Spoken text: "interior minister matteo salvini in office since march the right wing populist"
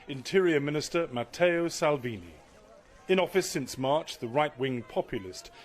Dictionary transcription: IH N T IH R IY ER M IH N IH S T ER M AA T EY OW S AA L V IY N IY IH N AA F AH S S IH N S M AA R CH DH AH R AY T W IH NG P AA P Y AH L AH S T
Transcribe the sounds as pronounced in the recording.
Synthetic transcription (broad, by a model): IH N T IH R IY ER M IH N IH S T ER M AA T EY OW S AA L V IY N IY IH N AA F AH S S IH N S M AA R CH DH AH R AY T W IH NG P AA P Y L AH S T